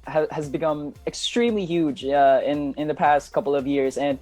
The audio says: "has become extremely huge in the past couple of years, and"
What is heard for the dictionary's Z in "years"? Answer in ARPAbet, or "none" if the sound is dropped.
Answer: Z